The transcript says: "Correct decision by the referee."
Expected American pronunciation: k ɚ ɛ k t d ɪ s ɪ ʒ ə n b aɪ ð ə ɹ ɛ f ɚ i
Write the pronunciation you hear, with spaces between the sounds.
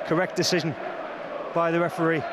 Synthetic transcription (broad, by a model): k ɚ ɛ k d ɪ s ɪ ʒ ə n b aɪ ð ə ɹ ɛ f ɚ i